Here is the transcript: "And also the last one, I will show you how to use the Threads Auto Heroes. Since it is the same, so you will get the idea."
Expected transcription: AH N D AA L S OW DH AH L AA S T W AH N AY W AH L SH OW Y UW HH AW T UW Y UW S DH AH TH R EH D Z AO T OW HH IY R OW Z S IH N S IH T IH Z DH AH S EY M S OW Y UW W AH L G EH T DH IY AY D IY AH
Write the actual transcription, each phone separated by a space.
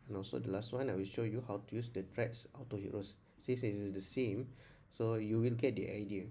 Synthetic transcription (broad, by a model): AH N AA L S OW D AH L AA S T W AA N AY W AH L SH OW Y UW HH AW T UW Y UW S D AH T R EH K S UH T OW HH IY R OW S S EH S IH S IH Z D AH S EY M S OW Y UW W AH L G EH T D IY AY D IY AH